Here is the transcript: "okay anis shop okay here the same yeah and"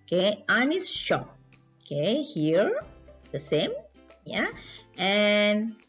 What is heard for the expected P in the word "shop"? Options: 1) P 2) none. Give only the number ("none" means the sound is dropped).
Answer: 2